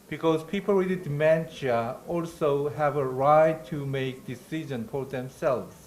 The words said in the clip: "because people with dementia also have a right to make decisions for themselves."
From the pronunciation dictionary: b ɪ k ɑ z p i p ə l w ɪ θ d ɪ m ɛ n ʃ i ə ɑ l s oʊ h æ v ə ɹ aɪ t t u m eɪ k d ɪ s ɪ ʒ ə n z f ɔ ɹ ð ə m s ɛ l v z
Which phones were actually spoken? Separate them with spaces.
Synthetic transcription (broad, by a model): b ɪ k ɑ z p i p ə l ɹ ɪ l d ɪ m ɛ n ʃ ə ɑ l s oʊ h æ v ə ɹ aɪ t t u m eɪ k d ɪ s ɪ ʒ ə n f ɔ ɹ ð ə m s ɛ l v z